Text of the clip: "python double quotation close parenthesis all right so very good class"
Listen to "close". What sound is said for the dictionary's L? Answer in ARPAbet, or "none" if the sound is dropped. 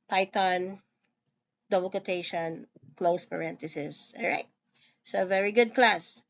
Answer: L